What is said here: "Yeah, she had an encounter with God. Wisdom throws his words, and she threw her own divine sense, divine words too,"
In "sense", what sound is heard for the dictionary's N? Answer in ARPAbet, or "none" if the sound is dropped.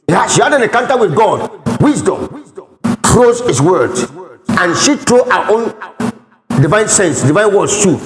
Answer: N